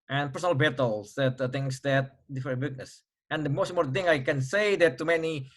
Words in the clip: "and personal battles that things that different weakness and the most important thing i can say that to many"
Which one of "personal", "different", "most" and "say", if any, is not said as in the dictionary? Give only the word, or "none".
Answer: different